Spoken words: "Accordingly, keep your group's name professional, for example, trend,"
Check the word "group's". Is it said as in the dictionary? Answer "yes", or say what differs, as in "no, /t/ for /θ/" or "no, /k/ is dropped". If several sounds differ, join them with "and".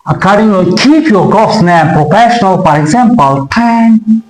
no, /ɹ/ is dropped and /p/ is dropped